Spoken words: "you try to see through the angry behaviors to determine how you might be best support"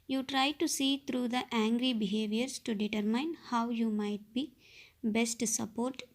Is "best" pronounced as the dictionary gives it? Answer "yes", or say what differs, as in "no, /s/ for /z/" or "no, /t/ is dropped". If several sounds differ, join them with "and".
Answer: yes